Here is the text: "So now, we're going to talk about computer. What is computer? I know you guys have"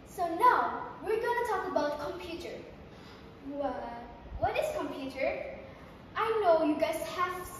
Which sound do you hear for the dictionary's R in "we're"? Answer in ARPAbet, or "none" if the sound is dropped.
R